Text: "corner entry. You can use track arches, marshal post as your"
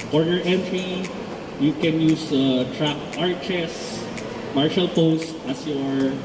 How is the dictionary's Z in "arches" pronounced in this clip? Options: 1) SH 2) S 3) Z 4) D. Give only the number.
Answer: 2